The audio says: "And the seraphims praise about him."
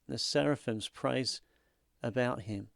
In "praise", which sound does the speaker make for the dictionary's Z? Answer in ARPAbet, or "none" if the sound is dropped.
Z